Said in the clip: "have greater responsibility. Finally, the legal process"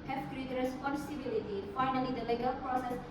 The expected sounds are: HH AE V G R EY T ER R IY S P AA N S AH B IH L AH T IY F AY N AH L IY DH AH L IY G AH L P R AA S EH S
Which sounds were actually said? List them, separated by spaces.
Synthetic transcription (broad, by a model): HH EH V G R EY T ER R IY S AA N S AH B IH L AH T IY F AY N AH L IY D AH L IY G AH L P R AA S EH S